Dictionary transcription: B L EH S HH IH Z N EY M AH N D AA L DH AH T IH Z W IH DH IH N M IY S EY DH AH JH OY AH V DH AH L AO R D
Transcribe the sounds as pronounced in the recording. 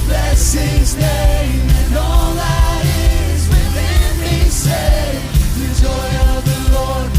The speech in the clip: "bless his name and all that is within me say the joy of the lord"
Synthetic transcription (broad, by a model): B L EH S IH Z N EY AH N AA L DH AH T IH Z W IH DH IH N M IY S EY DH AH JH OY AH V DH AH L AO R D